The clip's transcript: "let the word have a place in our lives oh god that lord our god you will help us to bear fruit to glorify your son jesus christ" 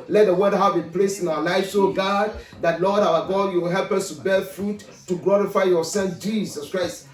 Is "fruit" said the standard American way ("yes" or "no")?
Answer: yes